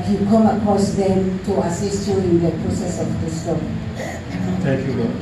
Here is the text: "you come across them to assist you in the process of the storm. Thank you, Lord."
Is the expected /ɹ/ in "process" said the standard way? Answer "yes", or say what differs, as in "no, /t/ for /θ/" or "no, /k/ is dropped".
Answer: yes